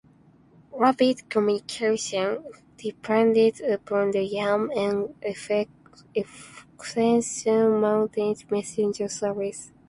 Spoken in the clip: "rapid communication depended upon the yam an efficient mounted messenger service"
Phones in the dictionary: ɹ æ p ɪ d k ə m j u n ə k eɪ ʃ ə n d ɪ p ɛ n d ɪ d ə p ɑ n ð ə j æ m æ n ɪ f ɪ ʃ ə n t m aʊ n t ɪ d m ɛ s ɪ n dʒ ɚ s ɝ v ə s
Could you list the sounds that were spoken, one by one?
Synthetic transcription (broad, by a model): ɹ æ b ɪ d k ə m j u n ə k eɪ ʃ ə n d ɪ p ɛ n d ɪ d ə p ɑ n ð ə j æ m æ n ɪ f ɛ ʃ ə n m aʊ n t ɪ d m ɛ s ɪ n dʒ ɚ s ɝ v ə s